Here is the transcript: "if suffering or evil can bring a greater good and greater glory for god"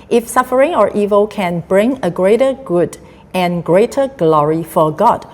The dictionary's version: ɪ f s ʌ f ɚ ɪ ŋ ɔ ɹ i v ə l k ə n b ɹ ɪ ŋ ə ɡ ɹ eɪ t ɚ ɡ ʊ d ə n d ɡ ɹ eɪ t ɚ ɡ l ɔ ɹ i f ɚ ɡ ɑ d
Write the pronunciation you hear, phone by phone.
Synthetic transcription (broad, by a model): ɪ f s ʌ f ɚ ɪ ŋ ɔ ɹ i v ə l k ə n b ɹ ɪ ŋ ə ɡ ɹ eɪ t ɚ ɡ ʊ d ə n ɡ ɹ eɪ t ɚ ɡ l ɔ ɹ i f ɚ ɡ ɑ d